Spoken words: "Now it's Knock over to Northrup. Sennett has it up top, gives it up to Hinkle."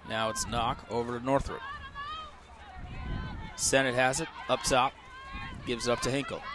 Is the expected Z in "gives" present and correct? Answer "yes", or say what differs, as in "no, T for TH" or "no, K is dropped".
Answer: yes